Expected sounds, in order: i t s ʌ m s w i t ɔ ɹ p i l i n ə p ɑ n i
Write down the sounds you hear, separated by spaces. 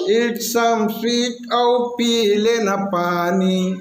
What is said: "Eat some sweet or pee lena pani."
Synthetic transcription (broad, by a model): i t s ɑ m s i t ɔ w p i l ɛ n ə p ɑ n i